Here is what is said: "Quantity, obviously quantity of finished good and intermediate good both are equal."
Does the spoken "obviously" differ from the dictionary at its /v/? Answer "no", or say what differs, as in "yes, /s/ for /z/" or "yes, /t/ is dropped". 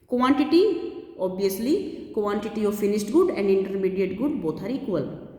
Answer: yes, /v/ is dropped